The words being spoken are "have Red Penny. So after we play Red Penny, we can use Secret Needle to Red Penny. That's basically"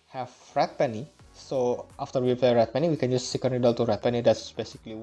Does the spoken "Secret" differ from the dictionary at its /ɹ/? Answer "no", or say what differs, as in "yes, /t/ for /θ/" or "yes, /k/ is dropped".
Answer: yes, /ɹ/ is dropped